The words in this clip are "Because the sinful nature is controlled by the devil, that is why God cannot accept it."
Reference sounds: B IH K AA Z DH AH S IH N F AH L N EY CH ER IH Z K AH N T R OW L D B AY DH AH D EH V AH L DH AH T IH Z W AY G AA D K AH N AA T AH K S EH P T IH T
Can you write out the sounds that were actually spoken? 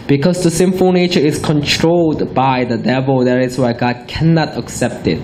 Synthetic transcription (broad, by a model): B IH K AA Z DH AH S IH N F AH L N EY CH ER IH S K AH N T R OW L D B AY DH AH D EH V AH L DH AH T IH S W AY G AA D K AH N AA T AH K S EH P T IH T